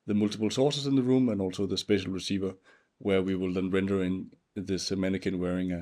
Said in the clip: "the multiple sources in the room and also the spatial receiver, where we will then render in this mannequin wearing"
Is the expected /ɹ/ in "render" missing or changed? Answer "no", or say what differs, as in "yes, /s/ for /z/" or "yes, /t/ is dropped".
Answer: no